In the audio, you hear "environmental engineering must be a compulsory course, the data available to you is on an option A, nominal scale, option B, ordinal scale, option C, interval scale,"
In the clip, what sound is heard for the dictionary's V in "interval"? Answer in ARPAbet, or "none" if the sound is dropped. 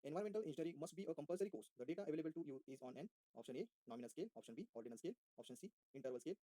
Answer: V